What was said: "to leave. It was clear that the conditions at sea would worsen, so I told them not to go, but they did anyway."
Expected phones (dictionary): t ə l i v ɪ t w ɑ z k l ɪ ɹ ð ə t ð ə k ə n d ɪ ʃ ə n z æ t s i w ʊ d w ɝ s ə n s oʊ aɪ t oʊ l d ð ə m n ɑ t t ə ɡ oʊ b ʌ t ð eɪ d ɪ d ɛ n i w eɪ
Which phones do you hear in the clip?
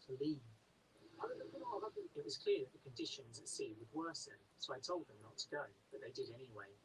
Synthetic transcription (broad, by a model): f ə l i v ɪ t w ɑ z k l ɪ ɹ ð ə t ð ə k ə n d ɪ ʃ ə n z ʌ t s i w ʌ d w ɝ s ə s oʊ aɪ t oʊ l d ð ə m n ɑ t t ə ɡ oʊ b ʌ t ð eɪ d ɪ d ɛ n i w eɪ